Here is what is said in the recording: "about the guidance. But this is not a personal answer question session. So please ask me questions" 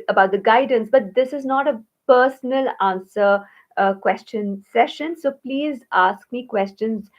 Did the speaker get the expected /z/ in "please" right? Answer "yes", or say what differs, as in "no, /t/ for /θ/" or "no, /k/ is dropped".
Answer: yes